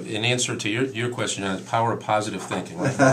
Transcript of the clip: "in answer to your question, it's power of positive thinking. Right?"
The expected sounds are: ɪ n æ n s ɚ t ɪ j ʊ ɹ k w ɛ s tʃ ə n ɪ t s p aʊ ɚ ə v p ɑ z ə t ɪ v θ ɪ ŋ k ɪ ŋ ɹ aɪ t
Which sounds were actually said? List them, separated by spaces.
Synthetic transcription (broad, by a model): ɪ n æ n s ɚ t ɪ j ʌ ɹ k w ɛ s tʃ ə n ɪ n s p aʊ ɚ ə v p ɑ z ə t ɪ v θ ɪ ŋ k ɪ ŋ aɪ